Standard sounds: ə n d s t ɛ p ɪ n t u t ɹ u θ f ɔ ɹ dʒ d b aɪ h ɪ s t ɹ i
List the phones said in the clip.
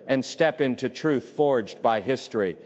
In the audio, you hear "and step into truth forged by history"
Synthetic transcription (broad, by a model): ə n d s t ɛ p ɪ n t u t ɹ u θ f ɔ ɹ dʒ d b aɪ h ɪ s t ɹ i